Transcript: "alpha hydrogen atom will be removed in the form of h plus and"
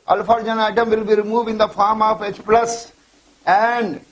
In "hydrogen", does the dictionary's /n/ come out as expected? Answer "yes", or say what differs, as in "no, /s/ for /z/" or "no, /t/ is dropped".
no, /n/ is dropped